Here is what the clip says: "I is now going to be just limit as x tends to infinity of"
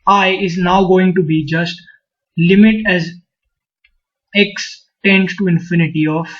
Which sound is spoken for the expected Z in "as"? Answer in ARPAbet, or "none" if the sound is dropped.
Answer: Z